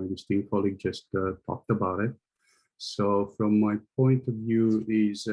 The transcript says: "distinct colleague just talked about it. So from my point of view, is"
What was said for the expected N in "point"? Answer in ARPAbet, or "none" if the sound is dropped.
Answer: N